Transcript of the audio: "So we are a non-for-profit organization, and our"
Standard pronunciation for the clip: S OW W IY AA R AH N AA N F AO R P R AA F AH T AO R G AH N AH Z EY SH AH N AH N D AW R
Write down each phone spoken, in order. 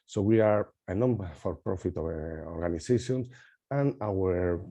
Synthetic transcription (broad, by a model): S OW W IY AA R AH N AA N F AO R P R AA F AH T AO R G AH N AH S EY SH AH N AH N AW R